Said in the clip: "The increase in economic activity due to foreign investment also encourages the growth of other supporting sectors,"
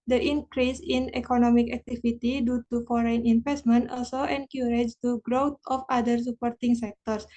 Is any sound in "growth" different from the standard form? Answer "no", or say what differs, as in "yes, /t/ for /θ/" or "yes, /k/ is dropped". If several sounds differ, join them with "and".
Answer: yes, /t/ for /θ/